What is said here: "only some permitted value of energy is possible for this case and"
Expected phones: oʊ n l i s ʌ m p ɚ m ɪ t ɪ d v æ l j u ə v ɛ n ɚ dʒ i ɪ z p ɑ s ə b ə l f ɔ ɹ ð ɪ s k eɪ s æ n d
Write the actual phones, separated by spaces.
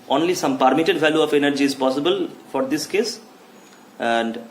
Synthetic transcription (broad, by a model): oʊ n l i s ʌ m p ɚ m ɪ t ɪ d v æ l j u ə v ɛ n ɚ dʒ i ɪ z p ɑ s ə b ə l f ɔ ɹ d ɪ s k eɪ s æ n d